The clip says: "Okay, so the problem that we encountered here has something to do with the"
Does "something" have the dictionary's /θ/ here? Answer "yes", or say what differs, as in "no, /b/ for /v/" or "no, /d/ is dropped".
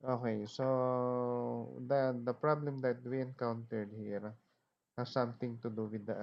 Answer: no, /t/ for /θ/